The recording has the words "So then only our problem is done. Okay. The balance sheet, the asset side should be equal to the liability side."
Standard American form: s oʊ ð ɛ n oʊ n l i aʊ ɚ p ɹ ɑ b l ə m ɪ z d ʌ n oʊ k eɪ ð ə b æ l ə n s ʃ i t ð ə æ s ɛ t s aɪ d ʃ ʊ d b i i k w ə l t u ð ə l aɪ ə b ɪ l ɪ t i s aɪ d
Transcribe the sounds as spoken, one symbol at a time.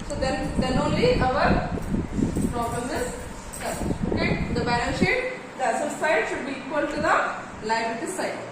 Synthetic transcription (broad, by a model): s oʊ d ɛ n oʊ n l i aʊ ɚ p ɹ ɑ b l ə m ɪ z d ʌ oʊ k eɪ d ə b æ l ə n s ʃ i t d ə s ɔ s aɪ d ʃ ʊ d b i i k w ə l t u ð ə l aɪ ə ɪ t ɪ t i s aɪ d